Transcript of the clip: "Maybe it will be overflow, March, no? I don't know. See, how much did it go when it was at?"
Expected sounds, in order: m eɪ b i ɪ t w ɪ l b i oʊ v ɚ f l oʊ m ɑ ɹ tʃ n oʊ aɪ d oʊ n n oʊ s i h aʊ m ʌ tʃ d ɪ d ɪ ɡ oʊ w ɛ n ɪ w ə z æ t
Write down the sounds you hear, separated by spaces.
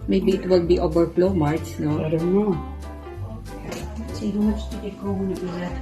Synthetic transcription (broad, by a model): m eɪ b i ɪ t w ɪ l b i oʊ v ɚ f l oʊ m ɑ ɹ s n oʊ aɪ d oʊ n n oʊ s i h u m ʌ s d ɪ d ɪ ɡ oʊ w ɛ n ɪ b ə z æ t